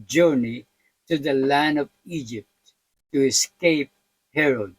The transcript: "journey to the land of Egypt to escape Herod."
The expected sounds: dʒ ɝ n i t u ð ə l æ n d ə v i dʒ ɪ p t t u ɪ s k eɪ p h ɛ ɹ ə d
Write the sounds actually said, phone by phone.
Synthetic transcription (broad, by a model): dʒ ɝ n i t u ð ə l æ n d ə v i dʒ ɪ p t t u ɪ s k eɪ p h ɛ ɹ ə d